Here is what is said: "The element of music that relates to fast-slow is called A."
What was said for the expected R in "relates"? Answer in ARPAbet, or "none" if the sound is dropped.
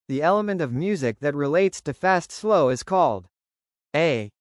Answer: R